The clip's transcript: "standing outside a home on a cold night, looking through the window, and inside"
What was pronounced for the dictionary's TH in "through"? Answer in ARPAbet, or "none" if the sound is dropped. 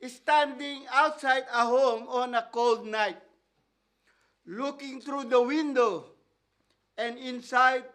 T